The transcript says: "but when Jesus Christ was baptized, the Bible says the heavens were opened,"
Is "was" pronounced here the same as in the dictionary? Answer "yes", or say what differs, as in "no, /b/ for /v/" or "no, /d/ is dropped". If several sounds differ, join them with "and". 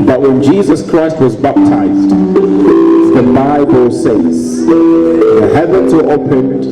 yes